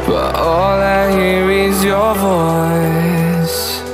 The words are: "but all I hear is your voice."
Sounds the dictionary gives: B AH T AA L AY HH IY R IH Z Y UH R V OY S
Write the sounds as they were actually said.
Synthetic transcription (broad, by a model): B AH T AA L AY HH IY R IH Z Y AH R V OY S